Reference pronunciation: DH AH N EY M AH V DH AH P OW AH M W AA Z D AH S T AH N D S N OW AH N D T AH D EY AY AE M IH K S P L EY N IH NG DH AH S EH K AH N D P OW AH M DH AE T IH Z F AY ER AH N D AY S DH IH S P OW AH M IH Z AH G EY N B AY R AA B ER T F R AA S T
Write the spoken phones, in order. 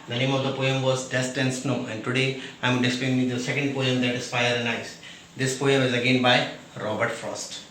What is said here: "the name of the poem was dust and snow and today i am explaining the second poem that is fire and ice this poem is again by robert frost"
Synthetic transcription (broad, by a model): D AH N EY M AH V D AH P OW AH M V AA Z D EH S T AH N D S N OW AH N D T AH D EY AY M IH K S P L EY IH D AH S EH K AH N D P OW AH M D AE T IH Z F AY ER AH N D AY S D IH S P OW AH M IH Z AH G EY N B AY R AA B ER T F R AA S T